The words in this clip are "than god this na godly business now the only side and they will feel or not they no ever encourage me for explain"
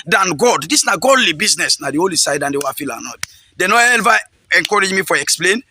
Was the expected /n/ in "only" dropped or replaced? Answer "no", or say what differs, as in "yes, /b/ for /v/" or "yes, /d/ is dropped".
yes, /n/ is dropped